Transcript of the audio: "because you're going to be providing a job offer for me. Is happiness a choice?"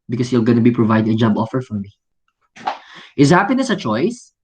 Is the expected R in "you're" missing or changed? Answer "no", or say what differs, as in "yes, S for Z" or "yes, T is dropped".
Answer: yes, L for R